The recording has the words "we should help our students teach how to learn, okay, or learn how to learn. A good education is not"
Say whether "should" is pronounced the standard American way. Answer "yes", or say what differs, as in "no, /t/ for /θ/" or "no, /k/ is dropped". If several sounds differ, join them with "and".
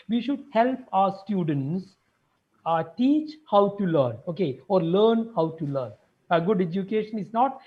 yes